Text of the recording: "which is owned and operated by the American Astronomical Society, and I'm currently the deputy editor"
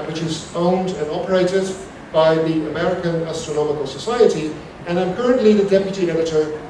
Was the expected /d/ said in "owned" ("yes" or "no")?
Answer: yes